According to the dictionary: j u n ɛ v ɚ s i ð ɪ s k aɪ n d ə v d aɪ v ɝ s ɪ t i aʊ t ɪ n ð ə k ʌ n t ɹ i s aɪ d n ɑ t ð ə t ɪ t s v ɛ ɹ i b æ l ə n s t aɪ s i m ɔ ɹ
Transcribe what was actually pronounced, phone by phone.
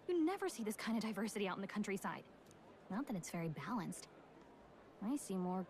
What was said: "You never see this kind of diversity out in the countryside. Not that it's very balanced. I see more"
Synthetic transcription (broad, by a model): j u n ɛ v ɚ s i ð ɪ s k aɪ n d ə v d aɪ v ɝ s ɪ t i aʊ t n ð ə k ʌ n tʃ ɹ i s aɪ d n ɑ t ð ə t ɪ t s v ɛ ɹ i b æ l ə n s t aɪ s i m ɔ ɹ